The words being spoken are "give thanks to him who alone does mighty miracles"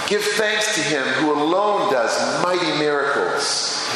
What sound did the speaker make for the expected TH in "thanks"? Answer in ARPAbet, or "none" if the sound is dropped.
TH